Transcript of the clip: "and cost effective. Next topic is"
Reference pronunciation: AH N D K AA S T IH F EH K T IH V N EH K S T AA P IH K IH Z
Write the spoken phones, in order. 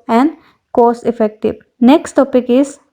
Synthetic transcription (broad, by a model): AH N D K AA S IH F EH K T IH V N EH K S T AA P IH K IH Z